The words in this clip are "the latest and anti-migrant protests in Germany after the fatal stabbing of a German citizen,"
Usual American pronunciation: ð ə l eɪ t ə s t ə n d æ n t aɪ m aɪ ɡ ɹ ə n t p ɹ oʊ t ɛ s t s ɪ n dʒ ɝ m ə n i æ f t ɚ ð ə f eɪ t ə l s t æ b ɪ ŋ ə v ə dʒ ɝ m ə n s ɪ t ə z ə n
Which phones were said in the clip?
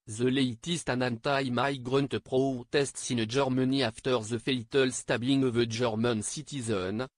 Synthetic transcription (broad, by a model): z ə l eɪ t ə s t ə n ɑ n t aɪ m aɪ ɡ ɹ ə n t p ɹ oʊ t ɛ s t s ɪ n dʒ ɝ m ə n i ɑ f t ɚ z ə f eɪ t ə l s t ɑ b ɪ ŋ ə v ə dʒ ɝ m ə n s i t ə z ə n